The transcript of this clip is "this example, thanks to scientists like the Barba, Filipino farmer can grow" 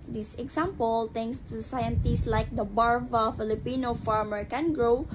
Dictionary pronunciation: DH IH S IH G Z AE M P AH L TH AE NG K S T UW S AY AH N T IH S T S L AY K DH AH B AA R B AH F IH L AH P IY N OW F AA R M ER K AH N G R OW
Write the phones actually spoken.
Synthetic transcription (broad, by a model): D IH S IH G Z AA M P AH L T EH NG K S T UW S AY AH N T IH S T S L AY K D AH B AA R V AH F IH L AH P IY N OW F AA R M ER K AH N G R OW